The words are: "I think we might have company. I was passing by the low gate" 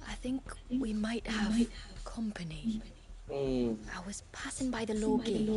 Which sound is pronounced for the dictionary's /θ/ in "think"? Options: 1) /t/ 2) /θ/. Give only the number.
2